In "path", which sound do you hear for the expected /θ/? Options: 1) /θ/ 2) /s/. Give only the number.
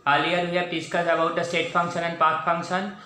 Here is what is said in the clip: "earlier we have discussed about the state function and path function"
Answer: 2